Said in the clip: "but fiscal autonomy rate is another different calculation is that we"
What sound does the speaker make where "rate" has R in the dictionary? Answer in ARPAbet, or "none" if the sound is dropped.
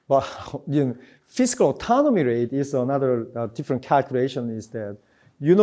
R